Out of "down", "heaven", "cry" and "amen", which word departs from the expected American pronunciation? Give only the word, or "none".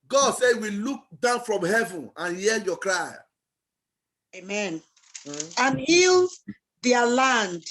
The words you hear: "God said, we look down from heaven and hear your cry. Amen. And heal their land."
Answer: none